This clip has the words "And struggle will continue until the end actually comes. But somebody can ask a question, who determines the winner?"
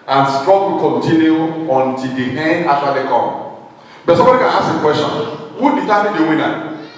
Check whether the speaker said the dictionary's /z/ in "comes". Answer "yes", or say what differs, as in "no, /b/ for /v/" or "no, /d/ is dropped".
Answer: no, /z/ is dropped